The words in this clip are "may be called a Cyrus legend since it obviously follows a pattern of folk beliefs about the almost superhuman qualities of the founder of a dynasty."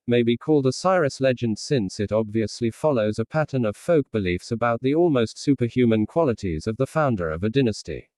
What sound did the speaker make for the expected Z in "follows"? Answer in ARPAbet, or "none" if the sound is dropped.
Z